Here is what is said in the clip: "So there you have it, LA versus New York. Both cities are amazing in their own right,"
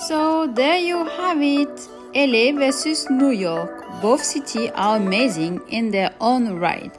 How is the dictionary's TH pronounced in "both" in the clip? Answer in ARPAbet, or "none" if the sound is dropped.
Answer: F